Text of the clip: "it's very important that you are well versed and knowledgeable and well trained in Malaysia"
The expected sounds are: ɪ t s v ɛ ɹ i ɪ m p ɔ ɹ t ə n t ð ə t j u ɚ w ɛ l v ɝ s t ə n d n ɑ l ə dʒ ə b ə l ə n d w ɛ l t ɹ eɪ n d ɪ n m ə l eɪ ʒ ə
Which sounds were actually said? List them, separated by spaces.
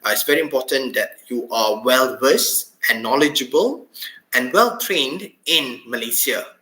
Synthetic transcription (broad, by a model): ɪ t s v ɛ ɹ i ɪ m p ɔ t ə n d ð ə t j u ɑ w ɛ l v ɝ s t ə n n ɑ l ə dʒ ə b ə l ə n w ɛ l t ɹ eɪ n d ɪ n m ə l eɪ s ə